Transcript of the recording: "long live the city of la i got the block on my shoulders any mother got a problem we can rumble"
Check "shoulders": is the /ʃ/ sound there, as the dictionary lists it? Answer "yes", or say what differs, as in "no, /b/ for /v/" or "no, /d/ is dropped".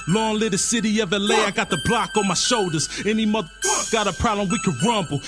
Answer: yes